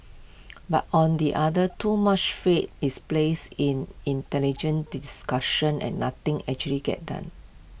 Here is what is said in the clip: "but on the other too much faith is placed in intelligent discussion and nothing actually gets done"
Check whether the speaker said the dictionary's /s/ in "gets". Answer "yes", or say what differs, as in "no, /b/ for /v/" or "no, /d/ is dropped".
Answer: no, /s/ is dropped